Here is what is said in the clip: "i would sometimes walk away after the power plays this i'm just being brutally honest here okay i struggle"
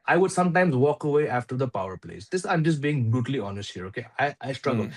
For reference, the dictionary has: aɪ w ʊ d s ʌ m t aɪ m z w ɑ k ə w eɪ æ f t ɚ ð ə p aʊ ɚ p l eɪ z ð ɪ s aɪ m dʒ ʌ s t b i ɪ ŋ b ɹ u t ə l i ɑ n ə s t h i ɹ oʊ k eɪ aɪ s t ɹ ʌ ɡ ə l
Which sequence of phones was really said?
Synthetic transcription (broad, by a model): aɪ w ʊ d s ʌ m t aɪ m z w ɑ k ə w eɪ æ f t ɚ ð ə p aʊ ɚ p l eɪ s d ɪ s aɪ m dʒ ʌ s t b i ɪ ŋ b ɹ u t ə l i ɑ n ə s t h i ɹ oʊ k eɪ aɪ s t ɹ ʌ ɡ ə l